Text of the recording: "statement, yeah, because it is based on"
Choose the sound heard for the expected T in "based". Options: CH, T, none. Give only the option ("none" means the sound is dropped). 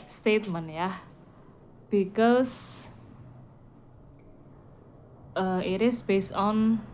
none